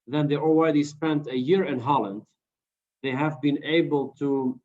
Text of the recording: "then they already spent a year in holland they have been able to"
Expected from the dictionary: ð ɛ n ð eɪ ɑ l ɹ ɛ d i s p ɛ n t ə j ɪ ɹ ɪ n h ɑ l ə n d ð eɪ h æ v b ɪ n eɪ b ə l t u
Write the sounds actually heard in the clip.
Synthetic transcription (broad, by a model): ð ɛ n ð eɪ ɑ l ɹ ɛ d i s p ɛ n t ə j ɪ ɹ ɪ n h ɑ l ə n d ð eɪ h æ v b ɪ n eɪ b ə l t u